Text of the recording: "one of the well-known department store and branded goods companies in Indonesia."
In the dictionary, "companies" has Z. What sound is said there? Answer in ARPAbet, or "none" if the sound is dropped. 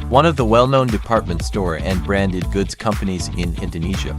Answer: Z